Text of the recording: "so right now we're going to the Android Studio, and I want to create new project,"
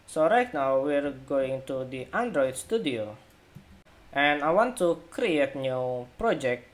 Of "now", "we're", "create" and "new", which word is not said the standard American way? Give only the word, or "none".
none